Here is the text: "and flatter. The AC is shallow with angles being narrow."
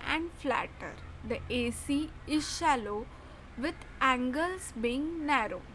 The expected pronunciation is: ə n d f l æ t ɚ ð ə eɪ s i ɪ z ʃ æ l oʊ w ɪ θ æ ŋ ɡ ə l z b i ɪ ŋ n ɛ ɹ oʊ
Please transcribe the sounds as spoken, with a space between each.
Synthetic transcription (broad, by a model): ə n d f l æ t ɚ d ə eɪ s i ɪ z ʃ æ l oʊ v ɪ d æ ŋ ɡ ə l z b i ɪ ŋ n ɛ ɹ oʊ